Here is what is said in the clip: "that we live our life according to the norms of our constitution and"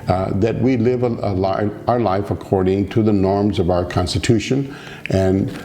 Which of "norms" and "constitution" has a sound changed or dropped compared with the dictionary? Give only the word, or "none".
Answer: none